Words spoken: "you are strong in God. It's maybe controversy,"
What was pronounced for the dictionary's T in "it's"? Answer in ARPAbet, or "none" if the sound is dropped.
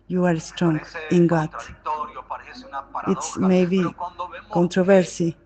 T